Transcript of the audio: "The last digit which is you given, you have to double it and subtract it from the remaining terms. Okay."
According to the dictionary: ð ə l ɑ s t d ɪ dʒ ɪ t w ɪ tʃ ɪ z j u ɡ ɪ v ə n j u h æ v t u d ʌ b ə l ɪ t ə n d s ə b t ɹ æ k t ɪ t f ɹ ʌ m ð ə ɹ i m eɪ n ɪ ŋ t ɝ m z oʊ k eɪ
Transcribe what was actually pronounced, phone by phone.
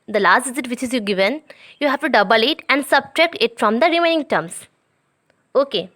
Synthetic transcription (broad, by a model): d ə l ɑ s t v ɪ z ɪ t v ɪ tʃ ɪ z j u ɡ ɪ v ə n j u h æ v t u d ʌ b ə l ɪ t ə n d s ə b t ɹ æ k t ɪ t f ɹ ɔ m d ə ɹ i m eɪ n ɪ ŋ t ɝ m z oʊ k eɪ